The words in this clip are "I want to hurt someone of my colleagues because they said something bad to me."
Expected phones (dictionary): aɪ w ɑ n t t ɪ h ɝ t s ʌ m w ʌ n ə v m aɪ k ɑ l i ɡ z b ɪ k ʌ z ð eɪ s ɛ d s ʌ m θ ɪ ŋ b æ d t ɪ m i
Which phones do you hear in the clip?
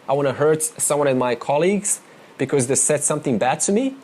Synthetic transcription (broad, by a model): aɪ w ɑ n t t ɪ h ɝ t s ʌ m w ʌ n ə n m aɪ k ɑ l i ɡ z b ɪ k ʌ z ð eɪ s ɛ d s ʌ m θ ɪ ŋ b æ d t ɪ m i